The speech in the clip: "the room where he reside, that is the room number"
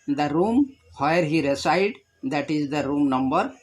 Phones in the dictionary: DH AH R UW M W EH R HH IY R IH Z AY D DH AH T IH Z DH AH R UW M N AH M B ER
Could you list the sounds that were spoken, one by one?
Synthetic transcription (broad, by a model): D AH R UW M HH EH R HH IY R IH S AY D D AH T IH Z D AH R UW M N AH M B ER